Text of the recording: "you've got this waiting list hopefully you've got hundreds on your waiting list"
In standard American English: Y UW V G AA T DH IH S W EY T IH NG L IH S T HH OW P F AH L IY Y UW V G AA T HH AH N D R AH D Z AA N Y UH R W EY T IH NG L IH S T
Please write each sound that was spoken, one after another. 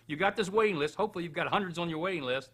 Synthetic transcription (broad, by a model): Y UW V G AA T DH IH S W EY T IH NG L IH S T HH OW P F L IY Y UW V G AA T HH AH N D R AH D Z N Y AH R W EY T IH NG L IH S T